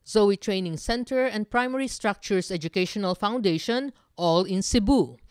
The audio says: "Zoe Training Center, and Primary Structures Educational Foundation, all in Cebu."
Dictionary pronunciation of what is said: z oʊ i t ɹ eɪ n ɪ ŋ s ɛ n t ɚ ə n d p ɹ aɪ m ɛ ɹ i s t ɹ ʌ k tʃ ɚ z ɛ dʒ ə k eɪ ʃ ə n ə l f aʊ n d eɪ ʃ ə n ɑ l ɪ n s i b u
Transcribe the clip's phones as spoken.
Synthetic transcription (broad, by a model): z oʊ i t ɹ eɪ n ɪ ŋ s ɛ n t ɚ ə n d p ɹ aɪ m ɛ ɹ i s t ɹ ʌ k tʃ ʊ s ɛ dʒ ə k eɪ ʃ ə n ə l f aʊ n d eɪ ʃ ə n ɑ l ɪ n s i b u